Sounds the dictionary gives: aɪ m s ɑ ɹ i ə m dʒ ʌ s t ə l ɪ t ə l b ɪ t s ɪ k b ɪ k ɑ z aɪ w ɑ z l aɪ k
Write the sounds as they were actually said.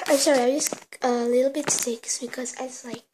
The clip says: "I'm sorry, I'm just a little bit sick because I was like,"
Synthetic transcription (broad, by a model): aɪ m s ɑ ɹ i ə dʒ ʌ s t ə l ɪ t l b ɪ t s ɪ k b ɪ k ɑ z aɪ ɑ s l aɪ k